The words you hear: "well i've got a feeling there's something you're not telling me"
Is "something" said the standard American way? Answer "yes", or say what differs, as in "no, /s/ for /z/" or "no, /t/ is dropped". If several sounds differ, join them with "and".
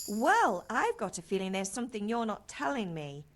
yes